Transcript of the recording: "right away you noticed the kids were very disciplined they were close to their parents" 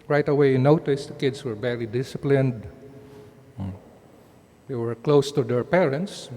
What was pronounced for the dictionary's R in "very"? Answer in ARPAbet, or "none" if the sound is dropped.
L